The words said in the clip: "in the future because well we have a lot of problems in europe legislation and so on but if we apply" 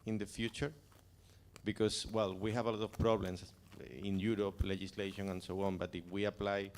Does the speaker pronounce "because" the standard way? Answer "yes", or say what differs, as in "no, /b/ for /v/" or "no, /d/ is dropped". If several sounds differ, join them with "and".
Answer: no, /s/ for /z/